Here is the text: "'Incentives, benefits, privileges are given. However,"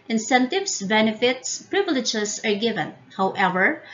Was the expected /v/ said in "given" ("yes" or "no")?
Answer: yes